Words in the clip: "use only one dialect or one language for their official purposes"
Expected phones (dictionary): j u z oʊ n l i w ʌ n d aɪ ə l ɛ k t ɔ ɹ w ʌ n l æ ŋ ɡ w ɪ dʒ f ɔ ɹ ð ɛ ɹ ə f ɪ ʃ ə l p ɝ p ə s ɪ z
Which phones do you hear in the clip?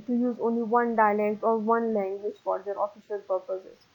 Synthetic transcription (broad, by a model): j u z oʊ n l i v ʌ n d aɪ ə l ɛ k t ɔ ɹ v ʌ n l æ ŋ ɡ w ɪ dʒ f ɔ ɹ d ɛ ɹ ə f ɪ ʃ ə l p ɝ p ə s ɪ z